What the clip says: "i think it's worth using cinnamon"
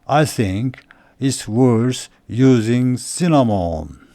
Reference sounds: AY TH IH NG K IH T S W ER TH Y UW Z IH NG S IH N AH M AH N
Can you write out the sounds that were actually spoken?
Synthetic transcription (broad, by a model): AY TH IH NG K IH T S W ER S Y UW Z IH NG S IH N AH M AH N